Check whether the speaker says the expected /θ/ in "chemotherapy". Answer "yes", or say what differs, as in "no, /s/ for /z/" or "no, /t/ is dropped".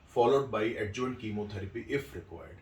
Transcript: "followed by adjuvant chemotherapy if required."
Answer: no, /t/ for /θ/